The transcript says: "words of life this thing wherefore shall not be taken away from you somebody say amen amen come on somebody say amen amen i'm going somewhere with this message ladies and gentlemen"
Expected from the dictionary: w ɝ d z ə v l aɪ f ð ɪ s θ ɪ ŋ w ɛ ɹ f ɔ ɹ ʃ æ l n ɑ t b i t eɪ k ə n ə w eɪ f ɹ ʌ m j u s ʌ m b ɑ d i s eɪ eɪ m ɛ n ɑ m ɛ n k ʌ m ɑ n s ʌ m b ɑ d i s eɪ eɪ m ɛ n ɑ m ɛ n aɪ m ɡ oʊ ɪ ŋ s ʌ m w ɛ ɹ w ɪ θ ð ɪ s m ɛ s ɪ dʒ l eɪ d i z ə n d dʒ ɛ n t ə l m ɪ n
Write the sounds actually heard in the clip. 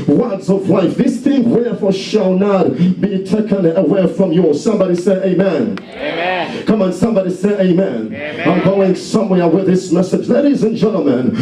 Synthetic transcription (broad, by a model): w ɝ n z ə v l aɪ f ð ɪ s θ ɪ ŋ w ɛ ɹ f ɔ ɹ ʃ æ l n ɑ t b i t eɪ k ə n ə w eɪ f ɹ ʌ m j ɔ s ʌ m b ɑ d i s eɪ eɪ ɑ m ɛ n k ʌ m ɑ n s ʌ m b ɑ d i s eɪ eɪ ɑ m ɛ n aɪ m ɡ oʊ ɪ ŋ s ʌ m w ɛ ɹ w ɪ ð ɪ s m ɛ s ɪ dʒ l eɪ d i z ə n dʒ ɛ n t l m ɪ n